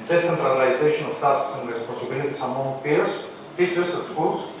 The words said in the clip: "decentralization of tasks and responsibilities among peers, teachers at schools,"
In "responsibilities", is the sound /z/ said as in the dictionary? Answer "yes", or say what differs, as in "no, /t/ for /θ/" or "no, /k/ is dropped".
no, /s/ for /z/